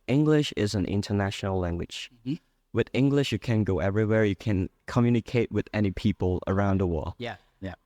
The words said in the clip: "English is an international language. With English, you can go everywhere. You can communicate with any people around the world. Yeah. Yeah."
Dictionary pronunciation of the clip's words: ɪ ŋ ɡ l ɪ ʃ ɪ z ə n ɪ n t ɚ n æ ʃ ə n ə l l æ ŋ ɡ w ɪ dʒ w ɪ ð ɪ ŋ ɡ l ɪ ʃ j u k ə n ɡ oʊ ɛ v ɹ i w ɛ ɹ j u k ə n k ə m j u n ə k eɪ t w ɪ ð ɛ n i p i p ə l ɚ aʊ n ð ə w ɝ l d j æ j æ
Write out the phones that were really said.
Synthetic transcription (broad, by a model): ɪ ŋ ɡ l ɪ ʃ ɪ z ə n ɪ n t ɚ n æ ʃ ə n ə l l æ ŋ ɡ w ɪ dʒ w ɪ ð ɪ ŋ ɡ l ɪ ʃ j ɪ k ə n ɡ oʊ ɛ v ɹ i w ɛ ɹ j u k ə n k ə m j u n ə k eɪ t w ɪ ð ɛ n i p i p ə l ɚ aʊ n ð ə w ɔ j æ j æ